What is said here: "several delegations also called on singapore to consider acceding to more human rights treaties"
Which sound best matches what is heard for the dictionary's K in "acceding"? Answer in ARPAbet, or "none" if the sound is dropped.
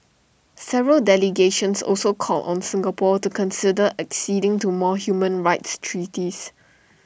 K